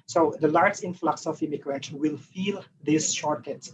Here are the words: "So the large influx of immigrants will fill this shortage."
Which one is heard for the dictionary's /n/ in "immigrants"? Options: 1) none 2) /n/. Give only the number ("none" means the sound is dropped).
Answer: 1